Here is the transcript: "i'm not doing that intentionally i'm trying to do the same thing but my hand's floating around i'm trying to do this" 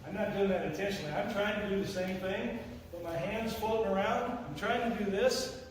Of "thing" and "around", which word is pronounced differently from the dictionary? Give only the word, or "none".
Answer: none